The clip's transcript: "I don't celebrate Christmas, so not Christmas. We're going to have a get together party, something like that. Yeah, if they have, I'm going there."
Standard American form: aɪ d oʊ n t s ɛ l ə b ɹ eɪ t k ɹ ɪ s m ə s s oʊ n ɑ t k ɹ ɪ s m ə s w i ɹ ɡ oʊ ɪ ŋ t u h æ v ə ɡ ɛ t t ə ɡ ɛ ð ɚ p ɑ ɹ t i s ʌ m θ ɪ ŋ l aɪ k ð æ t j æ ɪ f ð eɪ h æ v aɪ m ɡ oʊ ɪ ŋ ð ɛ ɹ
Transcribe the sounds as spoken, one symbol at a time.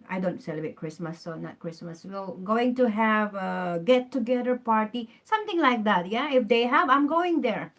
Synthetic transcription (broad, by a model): aɪ d oʊ n t s ɛ l ə b ɹ eɪ t k ɹ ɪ s m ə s s oʊ n ɑ t k ɹ ɪ s m ə s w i l ɡ oʊ ɪ ŋ t u h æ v ə ɡ ɛ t t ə ɡ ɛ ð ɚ p ɑ ɹ t i s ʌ m t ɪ ŋ l aɪ k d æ t j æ ɪ f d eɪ h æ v aɪ m ɡ oʊ ɪ ŋ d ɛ ɹ